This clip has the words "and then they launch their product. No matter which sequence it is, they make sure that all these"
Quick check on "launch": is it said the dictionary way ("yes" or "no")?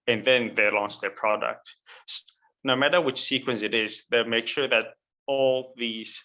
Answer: no